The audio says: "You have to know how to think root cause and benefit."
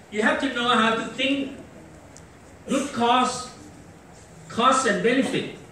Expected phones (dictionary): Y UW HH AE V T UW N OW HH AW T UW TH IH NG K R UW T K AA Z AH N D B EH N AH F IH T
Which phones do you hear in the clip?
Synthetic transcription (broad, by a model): Y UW HH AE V T UW N OW HH AW T UW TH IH NG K W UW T K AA S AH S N B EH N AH F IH T